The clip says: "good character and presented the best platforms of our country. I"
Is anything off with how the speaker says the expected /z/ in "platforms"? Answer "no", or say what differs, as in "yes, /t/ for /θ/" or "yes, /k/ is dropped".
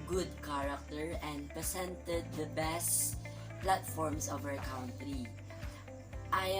yes, /s/ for /z/